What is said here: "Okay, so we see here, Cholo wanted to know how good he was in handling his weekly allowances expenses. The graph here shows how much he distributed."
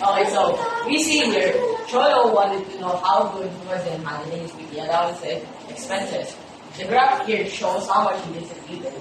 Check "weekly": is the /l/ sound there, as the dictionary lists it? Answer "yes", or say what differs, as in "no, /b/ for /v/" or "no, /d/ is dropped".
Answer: no, /l/ is dropped